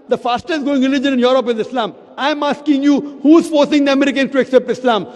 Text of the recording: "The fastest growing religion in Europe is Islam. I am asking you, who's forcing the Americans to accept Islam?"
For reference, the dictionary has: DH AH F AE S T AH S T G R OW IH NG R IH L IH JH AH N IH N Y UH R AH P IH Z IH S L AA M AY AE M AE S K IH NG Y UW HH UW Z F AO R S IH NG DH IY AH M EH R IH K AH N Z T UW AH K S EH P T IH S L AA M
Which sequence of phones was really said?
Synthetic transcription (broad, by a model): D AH F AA S T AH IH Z G OW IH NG R IH L IH JH AH N IH N Y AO R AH P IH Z IH S L AA M AY M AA S K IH NG Y UW HH UW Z F AO R S IH NG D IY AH M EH R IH K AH N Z T UW AH K S EH P T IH S L AA M